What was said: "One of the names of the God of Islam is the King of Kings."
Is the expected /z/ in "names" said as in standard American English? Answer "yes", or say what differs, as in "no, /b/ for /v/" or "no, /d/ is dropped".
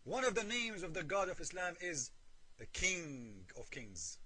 yes